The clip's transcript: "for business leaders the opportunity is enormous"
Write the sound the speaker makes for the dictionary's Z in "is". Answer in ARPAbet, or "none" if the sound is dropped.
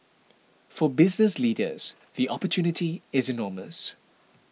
Z